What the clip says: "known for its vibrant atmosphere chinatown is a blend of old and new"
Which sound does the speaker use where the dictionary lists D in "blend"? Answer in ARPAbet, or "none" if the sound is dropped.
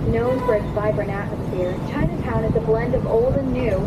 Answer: D